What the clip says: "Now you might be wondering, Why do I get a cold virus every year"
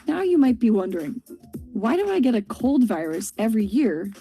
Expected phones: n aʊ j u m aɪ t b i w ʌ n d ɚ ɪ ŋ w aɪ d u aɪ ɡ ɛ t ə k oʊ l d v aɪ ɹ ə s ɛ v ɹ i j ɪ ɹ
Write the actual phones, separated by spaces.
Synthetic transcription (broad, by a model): n aʊ j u m aɪ t b i w ʌ n d ɚ ɪ ŋ w aɪ d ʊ aɪ ɡ ɛ t ə k oʊ l d v aɪ ɹ ə s ɛ v ɹ i j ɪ ɹ